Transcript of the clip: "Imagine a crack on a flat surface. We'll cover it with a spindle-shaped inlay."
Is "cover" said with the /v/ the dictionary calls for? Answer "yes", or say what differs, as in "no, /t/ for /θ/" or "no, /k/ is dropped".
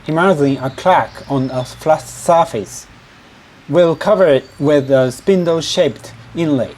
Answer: yes